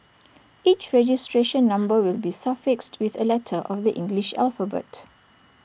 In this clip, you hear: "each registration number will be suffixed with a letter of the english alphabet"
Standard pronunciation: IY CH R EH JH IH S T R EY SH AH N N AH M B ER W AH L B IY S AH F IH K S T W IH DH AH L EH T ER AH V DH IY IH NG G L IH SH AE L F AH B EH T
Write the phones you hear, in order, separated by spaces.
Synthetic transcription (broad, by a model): IY CH R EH JH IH S T R EY SH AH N N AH M B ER W AH L B IY S AH F IH K S T W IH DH AH L EH T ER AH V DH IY IH NG G L IH SH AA L F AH B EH T